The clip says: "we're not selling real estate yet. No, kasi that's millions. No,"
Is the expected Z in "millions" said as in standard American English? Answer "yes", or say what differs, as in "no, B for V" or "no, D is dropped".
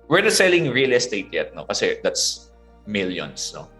no, S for Z